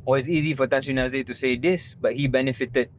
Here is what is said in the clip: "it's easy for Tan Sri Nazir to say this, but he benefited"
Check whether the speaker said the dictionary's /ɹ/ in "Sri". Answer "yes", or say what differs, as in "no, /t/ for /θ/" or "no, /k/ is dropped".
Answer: no, /ɹ/ is dropped